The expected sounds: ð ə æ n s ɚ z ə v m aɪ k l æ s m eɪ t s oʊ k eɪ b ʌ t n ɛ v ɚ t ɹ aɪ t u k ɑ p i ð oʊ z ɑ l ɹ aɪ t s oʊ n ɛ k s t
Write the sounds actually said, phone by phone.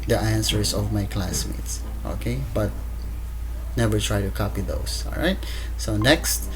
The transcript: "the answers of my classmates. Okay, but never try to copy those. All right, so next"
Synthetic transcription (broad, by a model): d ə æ n s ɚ s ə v m aɪ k l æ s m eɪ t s oʊ k eɪ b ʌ t n ɛ v ɚ t ɹ aɪ t u k ɑ p i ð oʊ s ɑ l ɹ aɪ t s oʊ n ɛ k s t